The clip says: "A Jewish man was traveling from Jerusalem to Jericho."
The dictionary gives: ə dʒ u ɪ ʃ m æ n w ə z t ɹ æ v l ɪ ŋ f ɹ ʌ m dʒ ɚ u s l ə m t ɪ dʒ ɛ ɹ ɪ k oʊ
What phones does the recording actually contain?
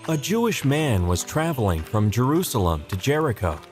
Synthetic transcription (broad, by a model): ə dʒ u ɪ ʃ m æ n w ə z t ɹ æ v l ɪ ŋ f ɹ ʌ m dʒ ɚ u s l ə m t ɪ dʒ ɛ ɹ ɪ k oʊ